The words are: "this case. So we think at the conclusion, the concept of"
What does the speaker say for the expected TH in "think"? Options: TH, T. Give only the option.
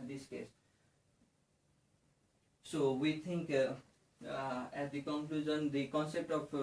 T